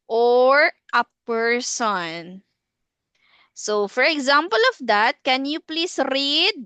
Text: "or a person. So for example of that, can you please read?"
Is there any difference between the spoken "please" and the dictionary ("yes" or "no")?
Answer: yes